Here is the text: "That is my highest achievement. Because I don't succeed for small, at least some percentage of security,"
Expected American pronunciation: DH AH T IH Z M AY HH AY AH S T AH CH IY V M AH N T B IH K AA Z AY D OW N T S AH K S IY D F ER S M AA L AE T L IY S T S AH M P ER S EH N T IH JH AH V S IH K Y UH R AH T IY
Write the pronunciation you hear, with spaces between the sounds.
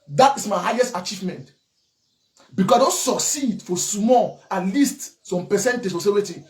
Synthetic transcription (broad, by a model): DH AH T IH S M AY HH AY AH S T AH CH IY V M AH N T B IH K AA S AY D OW N T S AH K S IY D F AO S M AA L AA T L IY S T S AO M P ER S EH N T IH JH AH S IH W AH T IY